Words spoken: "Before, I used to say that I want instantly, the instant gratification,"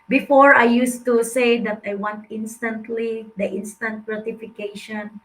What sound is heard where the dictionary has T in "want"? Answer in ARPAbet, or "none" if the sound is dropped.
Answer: T